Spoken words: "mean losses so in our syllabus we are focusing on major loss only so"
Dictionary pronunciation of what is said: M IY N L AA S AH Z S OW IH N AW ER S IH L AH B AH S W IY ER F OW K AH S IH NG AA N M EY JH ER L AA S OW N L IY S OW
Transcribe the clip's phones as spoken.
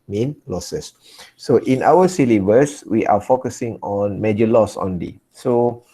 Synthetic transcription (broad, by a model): M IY N L AA S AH S OW IH N AW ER S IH L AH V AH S W IY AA F OW K AH S IH NG AA N M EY JH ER L AA S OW N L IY S OW